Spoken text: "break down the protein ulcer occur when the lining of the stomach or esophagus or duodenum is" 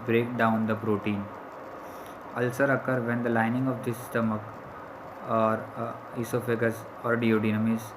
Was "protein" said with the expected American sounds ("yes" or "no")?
yes